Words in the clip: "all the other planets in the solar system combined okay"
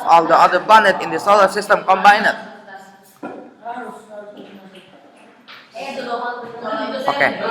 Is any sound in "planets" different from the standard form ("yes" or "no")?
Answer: yes